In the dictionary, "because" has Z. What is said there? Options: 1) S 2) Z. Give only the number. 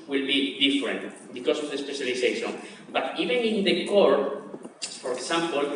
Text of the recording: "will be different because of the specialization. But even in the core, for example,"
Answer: 1